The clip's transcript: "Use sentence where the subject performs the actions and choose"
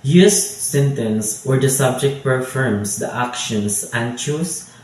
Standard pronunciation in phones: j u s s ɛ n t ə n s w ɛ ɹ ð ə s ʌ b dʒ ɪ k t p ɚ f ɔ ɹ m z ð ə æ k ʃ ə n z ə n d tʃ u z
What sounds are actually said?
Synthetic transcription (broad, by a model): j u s s ɛ n t ə n s w ɛ ɹ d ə s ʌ b dʒ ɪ k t p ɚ f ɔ ɹ m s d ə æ k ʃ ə n s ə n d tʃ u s